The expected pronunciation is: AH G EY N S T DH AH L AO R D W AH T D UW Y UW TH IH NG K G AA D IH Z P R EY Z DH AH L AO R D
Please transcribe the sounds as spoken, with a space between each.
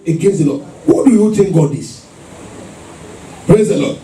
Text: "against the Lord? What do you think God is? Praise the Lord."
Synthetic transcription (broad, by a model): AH G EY N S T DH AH L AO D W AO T D UW Y UW T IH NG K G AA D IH S P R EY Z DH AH L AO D